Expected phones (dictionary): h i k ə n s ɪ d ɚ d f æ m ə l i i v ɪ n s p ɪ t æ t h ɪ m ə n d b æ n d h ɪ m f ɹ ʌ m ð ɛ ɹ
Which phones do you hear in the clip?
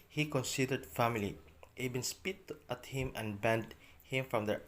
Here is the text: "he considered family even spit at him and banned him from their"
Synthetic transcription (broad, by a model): h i k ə n s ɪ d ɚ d f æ m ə l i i b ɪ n s p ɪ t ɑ t h ɪ m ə n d b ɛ n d h ɪ m f ɹ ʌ m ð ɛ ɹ